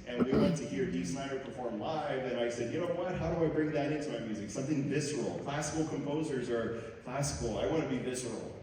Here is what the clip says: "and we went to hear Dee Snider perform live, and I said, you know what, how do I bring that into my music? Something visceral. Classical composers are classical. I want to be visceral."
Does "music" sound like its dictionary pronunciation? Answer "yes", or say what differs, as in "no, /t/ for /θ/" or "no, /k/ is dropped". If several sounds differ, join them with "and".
yes